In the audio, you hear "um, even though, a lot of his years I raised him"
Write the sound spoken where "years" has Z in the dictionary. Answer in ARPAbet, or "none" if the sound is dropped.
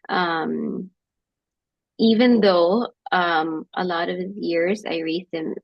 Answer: Z